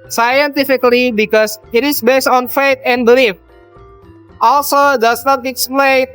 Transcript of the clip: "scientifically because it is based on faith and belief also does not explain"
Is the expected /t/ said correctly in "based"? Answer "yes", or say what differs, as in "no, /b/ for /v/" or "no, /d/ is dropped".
yes